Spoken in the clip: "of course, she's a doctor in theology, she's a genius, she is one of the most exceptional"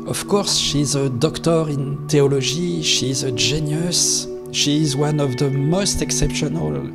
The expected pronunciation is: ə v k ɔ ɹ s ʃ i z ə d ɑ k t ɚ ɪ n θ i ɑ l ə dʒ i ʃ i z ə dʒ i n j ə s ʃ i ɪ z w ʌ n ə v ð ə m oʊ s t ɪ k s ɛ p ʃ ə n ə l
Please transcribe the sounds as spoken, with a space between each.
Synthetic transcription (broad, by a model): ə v k ɔ ɹ s ʃ i z ə d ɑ k t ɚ ɪ n t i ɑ l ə ʒ i ʃ i z ə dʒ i n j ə s ʃ i z w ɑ n ə v ð ə m oʊ s t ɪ k s ɛ p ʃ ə n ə l